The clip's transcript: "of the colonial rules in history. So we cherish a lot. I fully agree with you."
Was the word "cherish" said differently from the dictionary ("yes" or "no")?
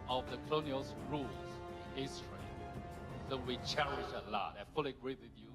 no